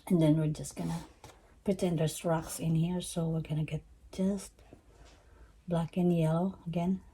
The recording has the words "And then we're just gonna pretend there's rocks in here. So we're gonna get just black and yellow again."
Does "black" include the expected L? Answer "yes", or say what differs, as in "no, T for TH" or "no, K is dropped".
yes